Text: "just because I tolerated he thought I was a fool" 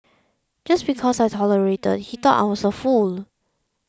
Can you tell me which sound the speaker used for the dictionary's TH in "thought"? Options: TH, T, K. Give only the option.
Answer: T